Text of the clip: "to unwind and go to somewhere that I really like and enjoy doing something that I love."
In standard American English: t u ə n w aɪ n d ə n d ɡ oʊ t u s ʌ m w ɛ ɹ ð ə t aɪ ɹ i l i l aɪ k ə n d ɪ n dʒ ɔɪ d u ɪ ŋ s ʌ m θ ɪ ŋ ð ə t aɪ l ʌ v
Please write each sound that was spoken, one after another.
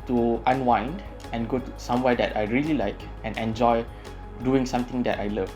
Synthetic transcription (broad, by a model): t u ə n w aɪ n d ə n ɡ oʊ t u s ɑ m w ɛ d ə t aɪ ɹ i l i l aɪ k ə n ɪ n dʒ ɔɪ d u ɪ ŋ s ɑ m t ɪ ŋ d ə t aɪ l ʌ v